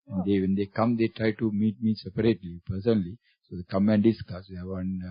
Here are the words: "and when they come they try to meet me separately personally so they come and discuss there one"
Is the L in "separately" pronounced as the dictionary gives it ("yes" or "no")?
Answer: yes